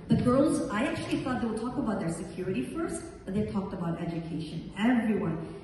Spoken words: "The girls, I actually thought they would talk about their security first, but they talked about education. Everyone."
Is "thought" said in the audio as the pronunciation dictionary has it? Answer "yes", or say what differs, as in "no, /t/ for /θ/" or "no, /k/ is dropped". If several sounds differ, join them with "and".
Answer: yes